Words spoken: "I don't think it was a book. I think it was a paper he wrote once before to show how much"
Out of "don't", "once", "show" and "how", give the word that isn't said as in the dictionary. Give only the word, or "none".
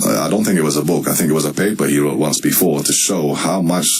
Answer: none